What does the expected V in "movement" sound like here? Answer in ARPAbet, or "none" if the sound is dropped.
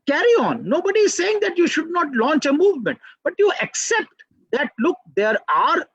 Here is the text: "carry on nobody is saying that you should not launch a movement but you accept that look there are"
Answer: V